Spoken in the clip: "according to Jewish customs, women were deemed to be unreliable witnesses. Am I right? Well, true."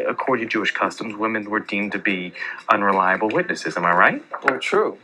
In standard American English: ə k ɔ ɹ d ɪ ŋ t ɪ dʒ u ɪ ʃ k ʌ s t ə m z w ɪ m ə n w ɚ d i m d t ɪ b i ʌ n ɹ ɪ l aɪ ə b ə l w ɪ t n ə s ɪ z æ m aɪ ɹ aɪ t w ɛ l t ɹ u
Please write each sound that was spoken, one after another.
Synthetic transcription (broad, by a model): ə k ɔ ɹ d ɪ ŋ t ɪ dʒ u ɪ ʃ k ʌ s t ə m z w ɪ m ə n w ɚ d i m t ɪ b i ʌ n ɹ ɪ l aɪ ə b l w ɪ t n ə s ɪ z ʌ m aɪ ɹ aɪ t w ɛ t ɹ u